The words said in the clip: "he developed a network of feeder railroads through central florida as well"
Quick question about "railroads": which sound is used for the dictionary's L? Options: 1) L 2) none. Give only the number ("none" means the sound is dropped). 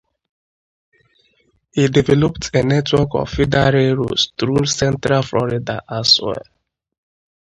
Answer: 2